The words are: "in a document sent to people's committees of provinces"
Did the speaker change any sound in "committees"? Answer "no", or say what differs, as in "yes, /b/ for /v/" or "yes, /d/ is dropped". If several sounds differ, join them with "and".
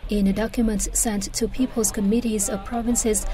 no